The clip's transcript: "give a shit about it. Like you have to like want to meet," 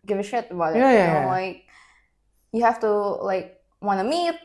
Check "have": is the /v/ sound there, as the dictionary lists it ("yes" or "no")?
no